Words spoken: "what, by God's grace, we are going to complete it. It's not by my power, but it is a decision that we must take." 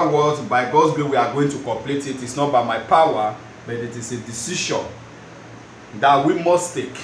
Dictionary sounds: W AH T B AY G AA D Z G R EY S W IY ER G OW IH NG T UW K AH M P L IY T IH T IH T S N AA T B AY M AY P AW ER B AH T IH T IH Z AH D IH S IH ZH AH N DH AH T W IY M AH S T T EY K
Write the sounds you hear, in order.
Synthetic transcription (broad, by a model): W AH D B AY G AA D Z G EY W IY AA G OW IH NG T UW K AH M P L IY T IH T IH T S N AA T B AY M AY P AW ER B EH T IH T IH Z AH D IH S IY SH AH N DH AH T W IY M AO S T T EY K